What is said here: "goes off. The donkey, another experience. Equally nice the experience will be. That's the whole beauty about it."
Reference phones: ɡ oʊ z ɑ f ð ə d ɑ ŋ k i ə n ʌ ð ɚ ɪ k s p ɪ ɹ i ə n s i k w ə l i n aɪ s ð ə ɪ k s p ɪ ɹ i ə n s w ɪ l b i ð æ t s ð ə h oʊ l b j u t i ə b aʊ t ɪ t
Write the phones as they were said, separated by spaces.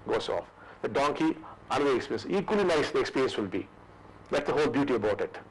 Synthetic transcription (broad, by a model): ɡ oʊ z ɑ f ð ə d ɑ ŋ k i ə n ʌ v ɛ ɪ k s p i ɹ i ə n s i k w ə l i n aɪ s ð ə k s p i ɹ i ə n s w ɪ l b i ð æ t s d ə h oʊ l b j u t i ə b aʊ t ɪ t